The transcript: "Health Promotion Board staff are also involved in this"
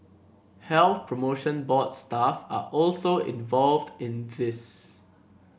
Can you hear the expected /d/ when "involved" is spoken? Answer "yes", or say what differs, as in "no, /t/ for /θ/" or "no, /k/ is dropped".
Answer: yes